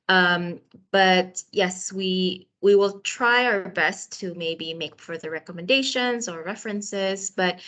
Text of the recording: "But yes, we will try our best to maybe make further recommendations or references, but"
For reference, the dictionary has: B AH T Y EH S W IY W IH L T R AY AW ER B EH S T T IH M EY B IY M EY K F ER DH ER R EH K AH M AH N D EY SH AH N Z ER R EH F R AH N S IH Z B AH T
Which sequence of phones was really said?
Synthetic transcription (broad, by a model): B AH T Y EH S W IY W IH L T R AY AW ER B EH S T T IH M EY B IY M EY K F ER DH ER R EH K AH M AH N D EY SH AH N Z ER R EH F R AH N S IH Z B AH T